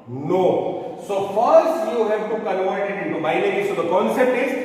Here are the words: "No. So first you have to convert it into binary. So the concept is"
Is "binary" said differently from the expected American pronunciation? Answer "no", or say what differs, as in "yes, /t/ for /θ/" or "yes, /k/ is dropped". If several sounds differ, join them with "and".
yes, /l/ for /n/